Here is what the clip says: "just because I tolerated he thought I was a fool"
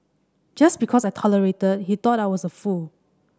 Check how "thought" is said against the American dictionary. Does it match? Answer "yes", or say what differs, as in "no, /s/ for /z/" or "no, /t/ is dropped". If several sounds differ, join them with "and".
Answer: no, /t/ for /θ/